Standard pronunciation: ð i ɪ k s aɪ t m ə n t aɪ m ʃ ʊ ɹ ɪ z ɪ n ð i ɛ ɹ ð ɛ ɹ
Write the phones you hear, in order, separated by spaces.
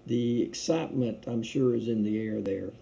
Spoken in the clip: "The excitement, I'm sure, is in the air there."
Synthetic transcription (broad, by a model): ð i ɪ k s aɪ t m ə n t aɪ m ʃ ʊ ɹ ɪ z ɪ n ð i ɛ ɹ ð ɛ ɹ